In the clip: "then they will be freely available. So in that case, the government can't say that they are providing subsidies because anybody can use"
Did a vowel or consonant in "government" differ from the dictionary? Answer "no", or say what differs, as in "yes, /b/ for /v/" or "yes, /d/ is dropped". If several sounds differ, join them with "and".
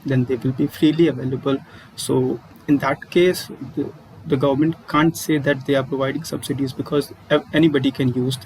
no